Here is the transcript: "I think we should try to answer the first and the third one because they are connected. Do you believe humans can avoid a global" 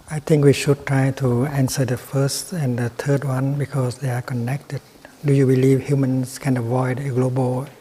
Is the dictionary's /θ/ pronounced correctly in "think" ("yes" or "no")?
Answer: no